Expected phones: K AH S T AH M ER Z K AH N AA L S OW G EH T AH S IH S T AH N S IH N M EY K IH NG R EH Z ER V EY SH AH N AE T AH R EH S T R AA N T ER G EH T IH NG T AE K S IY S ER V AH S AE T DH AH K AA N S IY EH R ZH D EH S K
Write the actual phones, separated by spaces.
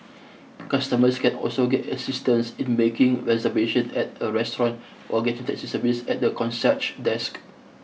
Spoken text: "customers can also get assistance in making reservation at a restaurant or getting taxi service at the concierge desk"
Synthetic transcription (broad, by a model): K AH S T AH M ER S K AH N AA L S OW G EH T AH S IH S T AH N S IH N M EY K IH NG R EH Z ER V EY SH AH N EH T AH R EH S T R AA N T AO G EH T IH NG T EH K S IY S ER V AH S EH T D AH K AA N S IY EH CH D EH S K